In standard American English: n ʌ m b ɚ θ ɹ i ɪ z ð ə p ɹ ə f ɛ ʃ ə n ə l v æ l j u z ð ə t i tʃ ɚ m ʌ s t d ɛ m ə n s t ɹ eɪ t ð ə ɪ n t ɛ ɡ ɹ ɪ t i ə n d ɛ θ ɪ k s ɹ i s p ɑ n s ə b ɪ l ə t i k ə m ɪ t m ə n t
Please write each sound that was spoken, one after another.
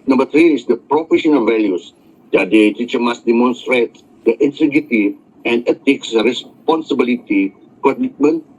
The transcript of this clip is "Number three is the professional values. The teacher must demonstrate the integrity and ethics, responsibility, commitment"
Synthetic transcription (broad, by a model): n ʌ m b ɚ t ɹ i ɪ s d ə p ɹ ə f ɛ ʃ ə n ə l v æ l j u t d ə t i tʃ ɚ m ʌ s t d ɛ m ə n s t ɹ eɪ t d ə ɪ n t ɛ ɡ ɪ t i ə n d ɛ t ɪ k s ɹ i s p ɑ n s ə b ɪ l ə t i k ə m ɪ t m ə n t